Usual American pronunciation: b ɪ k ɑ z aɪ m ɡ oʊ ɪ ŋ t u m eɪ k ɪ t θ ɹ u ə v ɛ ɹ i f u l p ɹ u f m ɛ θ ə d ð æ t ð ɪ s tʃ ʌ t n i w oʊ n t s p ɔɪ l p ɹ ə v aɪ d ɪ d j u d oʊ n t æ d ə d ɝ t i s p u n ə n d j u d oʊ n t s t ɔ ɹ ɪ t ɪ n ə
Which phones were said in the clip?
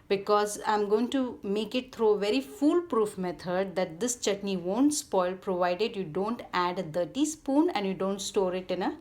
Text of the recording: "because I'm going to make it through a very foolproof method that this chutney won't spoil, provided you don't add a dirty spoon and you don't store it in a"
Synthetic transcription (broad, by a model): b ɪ k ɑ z aɪ m ɡ oʊ ɪ ŋ t u m eɪ k ɪ t t ɹ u ə v ɛ ɹ i f u l p ɹ u f m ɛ t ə d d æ t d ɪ s tʃ ʌ t n i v oʊ n t s p ɔɪ l p ɹ ə v aɪ d ɪ d j u d oʊ n t æ d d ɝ t i s p u n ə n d j u d oʊ n t s t ɔ ɹ ɪ t ɪ n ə